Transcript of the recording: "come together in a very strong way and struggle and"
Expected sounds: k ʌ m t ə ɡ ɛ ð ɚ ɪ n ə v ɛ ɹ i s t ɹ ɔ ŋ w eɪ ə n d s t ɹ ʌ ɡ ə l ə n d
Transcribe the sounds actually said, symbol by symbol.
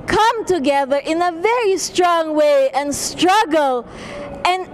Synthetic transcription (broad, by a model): k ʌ m t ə ɡ ɛ ð ɚ ɪ n ə v ɛ ɹ i s t ɹ ɔ ŋ w eɪ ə n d s t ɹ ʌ ɡ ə l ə n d